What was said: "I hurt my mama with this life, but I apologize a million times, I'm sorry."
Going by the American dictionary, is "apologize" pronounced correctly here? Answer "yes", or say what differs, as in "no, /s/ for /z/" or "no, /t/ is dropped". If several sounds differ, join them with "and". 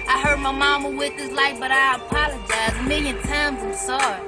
yes